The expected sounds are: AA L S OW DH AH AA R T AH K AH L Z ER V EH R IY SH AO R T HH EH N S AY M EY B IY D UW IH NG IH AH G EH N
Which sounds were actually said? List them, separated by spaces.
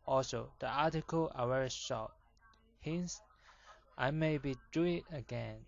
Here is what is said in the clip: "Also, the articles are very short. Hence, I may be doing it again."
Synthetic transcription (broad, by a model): AA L S OW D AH AA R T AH K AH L ER W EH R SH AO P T HH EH N S AY M EY B IY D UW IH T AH G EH N